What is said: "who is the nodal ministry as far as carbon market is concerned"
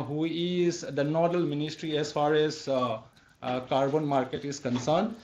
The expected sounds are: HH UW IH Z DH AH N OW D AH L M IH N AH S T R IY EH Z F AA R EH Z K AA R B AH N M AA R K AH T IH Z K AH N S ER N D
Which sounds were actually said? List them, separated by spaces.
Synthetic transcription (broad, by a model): HH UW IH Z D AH N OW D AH L M IH N AH S T R IY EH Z F AA R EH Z K AA R B AH N M AA R K AH T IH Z K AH N S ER N D